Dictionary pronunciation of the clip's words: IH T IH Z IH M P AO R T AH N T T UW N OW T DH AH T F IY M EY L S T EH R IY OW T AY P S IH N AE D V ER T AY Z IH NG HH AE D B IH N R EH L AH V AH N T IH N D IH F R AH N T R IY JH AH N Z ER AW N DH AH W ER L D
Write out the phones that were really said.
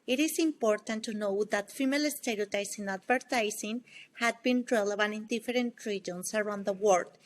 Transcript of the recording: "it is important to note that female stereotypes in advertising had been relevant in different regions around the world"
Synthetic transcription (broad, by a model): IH T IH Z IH M P AO R T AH N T T UW N OW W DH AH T F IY M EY L S T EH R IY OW T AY S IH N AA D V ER T AY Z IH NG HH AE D B IH N R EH L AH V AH N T IH N D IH F R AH N T R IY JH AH N S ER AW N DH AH W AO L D